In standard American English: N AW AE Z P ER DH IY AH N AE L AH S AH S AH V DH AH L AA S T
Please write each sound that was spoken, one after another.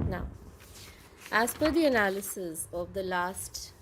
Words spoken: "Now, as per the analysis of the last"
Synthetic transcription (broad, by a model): N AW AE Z F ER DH IY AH N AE L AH S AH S AH V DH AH L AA S T